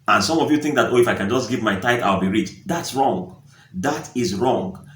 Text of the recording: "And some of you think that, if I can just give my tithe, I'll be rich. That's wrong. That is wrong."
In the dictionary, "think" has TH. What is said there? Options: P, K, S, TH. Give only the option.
TH